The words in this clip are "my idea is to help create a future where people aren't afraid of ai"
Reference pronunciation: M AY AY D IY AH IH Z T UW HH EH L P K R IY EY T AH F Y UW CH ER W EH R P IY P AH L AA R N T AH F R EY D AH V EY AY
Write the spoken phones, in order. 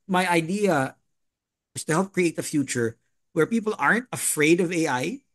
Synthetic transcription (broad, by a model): M AY AY D IY AH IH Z T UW HH EH L P K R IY EY T AH F Y UW CH ER W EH R P IY P AH L AA R N T AH F R EY D AH V EY AY